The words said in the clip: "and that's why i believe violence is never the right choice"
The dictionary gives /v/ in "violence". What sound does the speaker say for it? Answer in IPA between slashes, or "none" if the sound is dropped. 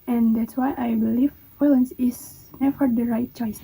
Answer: /f/